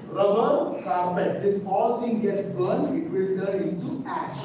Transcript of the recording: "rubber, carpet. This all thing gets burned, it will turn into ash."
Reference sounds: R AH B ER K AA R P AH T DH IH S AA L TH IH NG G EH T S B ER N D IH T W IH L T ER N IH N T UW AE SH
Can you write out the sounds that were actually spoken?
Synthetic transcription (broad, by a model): R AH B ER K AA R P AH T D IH S AA L T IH NG G EH T S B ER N IH T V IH L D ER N IH N T UW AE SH